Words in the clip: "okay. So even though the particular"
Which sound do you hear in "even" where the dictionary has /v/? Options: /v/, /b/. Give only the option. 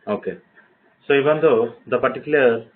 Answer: /b/